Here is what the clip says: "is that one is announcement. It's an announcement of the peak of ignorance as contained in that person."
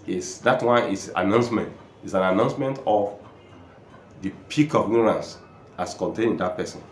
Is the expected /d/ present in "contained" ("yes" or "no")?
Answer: no